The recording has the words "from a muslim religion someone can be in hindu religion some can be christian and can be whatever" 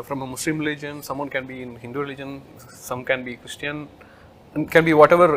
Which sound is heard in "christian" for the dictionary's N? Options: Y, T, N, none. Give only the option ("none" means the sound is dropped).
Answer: none